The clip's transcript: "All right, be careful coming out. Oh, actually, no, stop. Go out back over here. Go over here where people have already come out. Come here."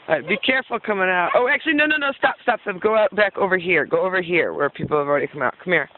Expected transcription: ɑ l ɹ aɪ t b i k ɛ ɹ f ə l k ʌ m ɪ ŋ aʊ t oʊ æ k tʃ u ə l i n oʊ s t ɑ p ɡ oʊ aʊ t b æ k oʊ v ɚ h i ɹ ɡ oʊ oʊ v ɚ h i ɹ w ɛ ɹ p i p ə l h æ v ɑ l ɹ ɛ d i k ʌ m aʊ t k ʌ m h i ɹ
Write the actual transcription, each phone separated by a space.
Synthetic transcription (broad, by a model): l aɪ b i k ɛ ɹ f l k ʌ m ɪ ŋ aʊ t oʊ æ k tʃ u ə n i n oʊ s t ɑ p ɡ oʊ aʊ t b æ k oʊ v ɚ h i ɹ ɡ oʊ oʊ v ɚ h i ɹ w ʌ ɹ p i p l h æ v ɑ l ɹ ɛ d i k ʌ m aʊ t k ʌ m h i ɹ